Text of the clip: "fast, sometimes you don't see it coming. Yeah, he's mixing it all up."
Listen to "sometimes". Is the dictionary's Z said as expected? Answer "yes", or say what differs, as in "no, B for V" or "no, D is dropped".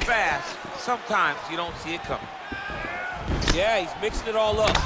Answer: yes